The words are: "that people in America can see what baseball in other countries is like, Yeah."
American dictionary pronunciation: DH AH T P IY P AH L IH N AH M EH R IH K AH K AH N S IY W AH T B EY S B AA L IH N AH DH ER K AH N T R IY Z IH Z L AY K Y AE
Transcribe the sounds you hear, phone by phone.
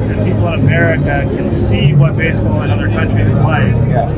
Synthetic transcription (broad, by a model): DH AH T P IY P L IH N AH M EH R IH K AH K AH N S IY W AH T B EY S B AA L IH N AH DH ER K AH N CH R IY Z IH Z W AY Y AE